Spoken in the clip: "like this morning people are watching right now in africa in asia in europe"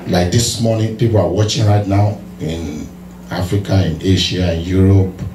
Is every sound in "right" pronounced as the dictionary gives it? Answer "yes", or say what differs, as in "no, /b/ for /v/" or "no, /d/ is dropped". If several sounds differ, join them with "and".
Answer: yes